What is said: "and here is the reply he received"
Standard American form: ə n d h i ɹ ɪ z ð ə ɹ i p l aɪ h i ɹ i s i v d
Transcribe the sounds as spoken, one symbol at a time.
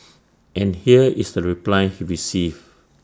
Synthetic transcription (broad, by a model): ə n h i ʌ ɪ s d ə ɹ i p l aɪ h i ɹ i s i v